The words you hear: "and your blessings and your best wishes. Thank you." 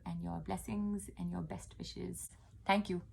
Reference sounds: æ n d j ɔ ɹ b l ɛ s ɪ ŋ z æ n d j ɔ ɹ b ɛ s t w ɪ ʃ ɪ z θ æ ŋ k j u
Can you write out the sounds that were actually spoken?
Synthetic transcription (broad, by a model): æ n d j ɔ ɹ b l ɛ s ɪ ŋ z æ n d j ɔ ɹ b ɛ s t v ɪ ʃ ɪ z t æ ŋ k j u